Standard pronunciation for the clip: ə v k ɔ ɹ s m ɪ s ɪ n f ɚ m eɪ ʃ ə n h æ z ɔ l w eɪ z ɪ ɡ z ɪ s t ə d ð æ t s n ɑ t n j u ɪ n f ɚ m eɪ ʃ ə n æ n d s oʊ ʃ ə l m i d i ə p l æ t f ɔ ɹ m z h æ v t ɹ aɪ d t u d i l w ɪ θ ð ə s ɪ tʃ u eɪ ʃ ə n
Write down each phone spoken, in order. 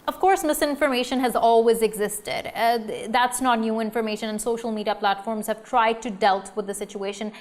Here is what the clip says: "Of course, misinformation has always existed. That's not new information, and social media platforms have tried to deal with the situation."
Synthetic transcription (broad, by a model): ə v k ɔ ɹ s m ɪ s ɪ n f ɚ m eɪ ʃ ə n h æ z ɔ l w eɪ z ɪ ɡ z ɪ s t ə d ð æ t s n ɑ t n j u ɪ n f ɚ m eɪ ʃ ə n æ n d s oʊ ʃ ə l m i d i ə p l æ t f ɔ ɹ m z h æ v t ɹ aɪ d t u d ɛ l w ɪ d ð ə s ɪ tʃ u eɪ ʃ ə n